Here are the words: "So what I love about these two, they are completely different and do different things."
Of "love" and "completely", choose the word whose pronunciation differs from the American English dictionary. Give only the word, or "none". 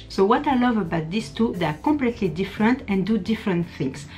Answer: completely